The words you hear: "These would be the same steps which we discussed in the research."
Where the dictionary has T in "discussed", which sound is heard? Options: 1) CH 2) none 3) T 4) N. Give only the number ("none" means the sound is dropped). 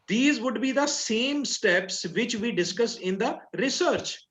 2